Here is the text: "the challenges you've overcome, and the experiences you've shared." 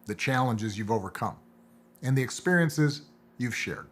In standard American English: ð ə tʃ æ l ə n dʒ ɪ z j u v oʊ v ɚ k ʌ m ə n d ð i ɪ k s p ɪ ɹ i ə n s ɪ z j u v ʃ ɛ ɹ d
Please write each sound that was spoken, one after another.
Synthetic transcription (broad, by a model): ð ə tʃ æ l ə n dʒ ɪ z j u v oʊ v ɚ k ʌ m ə n ð i ɪ k s p ɪ ɹ i ə n s ɪ z j u v ʃ ɛ ɹ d